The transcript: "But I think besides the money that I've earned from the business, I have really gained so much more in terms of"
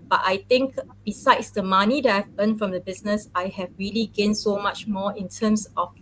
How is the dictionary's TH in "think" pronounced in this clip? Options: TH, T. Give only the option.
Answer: T